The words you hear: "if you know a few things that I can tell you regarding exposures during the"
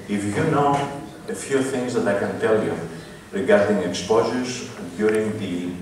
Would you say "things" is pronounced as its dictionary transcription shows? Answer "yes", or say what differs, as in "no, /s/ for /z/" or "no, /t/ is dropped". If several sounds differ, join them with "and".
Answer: yes